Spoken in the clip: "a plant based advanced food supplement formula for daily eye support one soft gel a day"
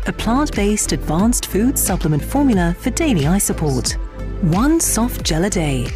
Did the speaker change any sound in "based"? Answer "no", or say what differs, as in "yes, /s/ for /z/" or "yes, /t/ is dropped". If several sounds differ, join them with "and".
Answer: no